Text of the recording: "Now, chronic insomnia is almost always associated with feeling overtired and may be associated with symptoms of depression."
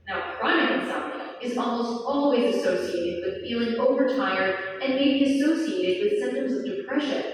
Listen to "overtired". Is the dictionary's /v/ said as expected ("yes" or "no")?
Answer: yes